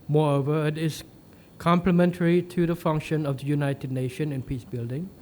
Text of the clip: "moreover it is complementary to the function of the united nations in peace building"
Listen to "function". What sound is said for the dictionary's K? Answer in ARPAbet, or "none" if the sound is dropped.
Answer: K